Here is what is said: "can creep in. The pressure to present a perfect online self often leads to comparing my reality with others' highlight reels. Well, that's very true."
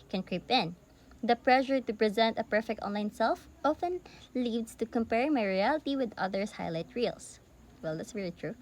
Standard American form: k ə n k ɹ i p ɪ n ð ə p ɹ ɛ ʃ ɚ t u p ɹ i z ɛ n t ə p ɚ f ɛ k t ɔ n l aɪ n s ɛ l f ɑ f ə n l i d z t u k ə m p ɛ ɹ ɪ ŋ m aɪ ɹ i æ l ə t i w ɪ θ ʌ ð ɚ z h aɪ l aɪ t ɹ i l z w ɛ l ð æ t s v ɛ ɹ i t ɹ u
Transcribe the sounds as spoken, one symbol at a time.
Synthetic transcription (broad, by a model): k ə n k ɹ i p ɪ n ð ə p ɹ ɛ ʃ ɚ t u p ɹ i z ɛ n t ə p ɚ f ɛ k t ɔ n l aɪ n s ɛ l f ɑ f ə n l i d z t u k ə m p ɛ ɹ m aɪ ɹ i æ l ə t i w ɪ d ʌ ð ɚ s h aɪ l aɪ t ɹ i l s w ɛ l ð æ t s v ɛ ɹ i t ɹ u